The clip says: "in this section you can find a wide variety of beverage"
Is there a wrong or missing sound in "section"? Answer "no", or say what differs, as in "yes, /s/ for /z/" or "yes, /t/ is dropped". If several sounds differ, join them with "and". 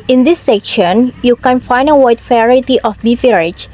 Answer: no